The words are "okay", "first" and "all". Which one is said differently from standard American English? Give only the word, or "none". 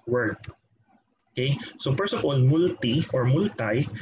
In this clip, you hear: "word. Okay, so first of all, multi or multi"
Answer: first